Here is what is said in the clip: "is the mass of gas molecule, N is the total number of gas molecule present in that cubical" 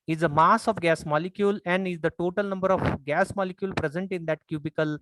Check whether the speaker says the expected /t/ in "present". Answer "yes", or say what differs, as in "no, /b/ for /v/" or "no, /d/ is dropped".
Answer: yes